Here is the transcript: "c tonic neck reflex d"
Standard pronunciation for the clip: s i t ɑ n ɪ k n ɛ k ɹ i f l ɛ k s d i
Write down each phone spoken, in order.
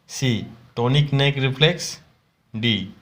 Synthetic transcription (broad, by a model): s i t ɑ n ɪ k n ɛ k ɹ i p l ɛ k s d i